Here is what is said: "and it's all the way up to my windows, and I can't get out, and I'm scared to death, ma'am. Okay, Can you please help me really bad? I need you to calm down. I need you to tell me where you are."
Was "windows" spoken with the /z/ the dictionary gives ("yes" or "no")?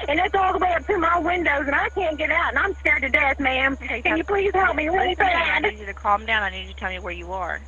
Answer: yes